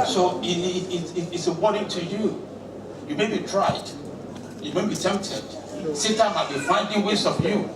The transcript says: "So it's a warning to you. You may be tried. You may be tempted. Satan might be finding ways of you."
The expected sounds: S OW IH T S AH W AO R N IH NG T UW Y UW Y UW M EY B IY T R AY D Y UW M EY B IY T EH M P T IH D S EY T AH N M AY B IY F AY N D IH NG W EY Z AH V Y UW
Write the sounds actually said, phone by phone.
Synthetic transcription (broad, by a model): S OW IH T S AH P AO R IH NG T UW Y UW Y UW M EY B IY T R AY D Y UW M EY B IY T EH M P T IH D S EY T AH M AY B IY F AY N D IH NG W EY S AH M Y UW